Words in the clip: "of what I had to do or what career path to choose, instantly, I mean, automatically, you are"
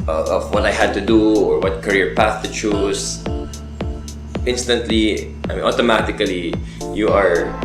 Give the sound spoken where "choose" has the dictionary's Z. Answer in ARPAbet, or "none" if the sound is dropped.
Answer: S